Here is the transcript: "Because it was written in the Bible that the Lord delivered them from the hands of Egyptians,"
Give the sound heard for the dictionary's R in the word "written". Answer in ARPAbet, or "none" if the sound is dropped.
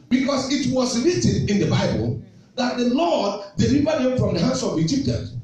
L